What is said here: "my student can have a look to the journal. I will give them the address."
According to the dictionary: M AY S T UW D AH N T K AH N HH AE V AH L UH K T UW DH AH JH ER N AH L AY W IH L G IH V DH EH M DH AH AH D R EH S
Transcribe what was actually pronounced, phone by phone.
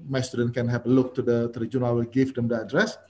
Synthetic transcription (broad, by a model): M AY S T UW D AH N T K AH N HH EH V AH L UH K T UW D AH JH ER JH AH N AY W IH L G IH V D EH M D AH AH D R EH S